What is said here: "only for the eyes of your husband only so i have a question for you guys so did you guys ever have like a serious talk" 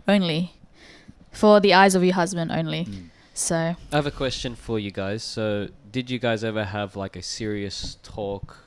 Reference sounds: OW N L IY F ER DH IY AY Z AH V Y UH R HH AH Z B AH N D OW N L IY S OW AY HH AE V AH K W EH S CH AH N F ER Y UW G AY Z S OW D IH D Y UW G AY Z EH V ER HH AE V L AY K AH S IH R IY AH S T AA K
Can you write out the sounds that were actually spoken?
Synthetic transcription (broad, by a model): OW N L IY F ER DH IY AY Z AH V Y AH R HH AH Z B AH N D OW N L IY S OW AY V AH K W EH S CH AH N F ER Y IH G AY Z S OW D IH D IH G AY Z EH V ER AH V L AY K AH S IH R IY AH S T AA K